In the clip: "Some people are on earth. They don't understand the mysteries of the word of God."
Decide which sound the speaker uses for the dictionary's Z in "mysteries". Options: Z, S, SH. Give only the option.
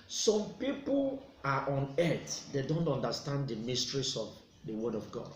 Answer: S